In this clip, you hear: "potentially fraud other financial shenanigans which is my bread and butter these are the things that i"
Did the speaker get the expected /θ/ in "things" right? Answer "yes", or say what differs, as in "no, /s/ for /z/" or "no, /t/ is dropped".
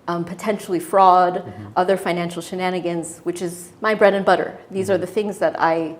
yes